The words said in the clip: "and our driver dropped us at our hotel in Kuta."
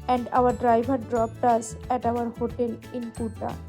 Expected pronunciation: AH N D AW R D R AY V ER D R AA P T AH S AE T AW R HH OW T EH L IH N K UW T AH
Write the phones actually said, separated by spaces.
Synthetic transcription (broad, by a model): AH N D AW R D R AY B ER D R AA P T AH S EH T AW R HH OW T EH L IH N K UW T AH